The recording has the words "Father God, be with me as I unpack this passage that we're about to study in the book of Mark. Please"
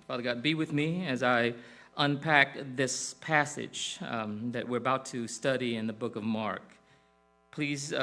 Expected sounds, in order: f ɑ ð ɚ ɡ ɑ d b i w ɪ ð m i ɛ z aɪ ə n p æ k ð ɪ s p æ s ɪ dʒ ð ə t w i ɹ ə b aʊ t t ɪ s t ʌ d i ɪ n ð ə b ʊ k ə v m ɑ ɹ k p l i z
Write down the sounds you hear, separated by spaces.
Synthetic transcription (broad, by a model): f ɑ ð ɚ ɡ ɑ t b i w ɪ ð m i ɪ z aɪ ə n p æ k ð ɪ s p æ s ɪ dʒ ð ə t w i ɹ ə b aʊ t t ɪ s t ʌ d i ɪ n ð ə b ʊ k ə v m ɑ ɹ k p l i z